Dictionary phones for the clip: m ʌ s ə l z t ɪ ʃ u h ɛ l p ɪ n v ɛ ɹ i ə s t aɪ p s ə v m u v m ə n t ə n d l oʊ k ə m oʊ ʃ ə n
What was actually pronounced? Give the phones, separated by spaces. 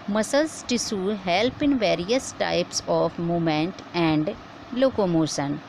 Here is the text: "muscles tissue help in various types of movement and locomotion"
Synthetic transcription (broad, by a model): m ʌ s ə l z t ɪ s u h ɛ l p ɪ n v ɛ ɹ i ə s t aɪ p s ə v m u m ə n t ə n d l oʊ k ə m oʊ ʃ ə n